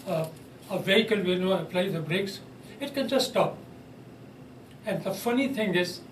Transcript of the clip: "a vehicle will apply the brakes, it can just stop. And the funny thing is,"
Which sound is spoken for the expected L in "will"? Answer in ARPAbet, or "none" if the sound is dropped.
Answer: N